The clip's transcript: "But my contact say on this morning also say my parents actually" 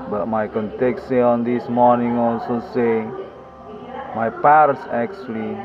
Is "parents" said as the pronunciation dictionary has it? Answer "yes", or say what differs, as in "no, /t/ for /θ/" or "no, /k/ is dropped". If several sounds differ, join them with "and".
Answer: no, /n/ is dropped